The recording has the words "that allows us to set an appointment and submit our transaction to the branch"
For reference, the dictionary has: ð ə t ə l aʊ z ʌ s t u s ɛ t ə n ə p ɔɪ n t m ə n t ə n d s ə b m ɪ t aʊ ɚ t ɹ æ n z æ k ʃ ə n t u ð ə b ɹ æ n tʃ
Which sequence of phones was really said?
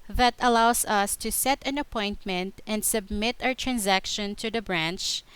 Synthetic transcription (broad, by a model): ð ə t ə l aʊ s ʌ s t u s ɛ t ə n ə p ɔɪ n t m ə n t ə n d s ə b m ɪ t aʊ ɚ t ɹ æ n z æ k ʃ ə n t u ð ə b ɹ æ n tʃ